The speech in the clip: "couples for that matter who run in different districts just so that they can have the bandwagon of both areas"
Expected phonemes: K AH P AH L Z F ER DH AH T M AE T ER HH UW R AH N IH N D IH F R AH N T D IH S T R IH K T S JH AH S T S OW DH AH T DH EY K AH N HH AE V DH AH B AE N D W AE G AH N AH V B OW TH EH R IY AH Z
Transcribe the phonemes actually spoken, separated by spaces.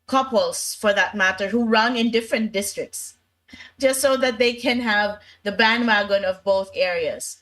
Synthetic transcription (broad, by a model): K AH P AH L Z F ER DH AH T M AE T ER HH UW R AH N IH N D IH F R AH N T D IH S T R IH K T S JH AH S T S OW DH AH T DH EY K AH N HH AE V DH AH B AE N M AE G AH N AH V B OW TH EH R IY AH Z